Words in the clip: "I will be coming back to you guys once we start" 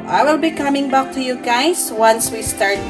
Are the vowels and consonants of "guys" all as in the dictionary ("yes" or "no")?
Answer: no